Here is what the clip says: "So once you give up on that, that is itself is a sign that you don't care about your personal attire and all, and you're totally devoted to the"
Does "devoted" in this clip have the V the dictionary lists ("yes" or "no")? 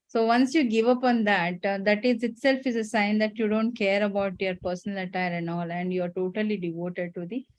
yes